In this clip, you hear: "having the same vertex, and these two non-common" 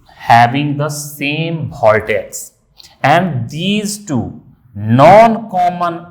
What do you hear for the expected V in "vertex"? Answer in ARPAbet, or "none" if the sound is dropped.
B